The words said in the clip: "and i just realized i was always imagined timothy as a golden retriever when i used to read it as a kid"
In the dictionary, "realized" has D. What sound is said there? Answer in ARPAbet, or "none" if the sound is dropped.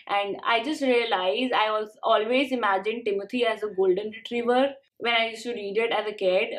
none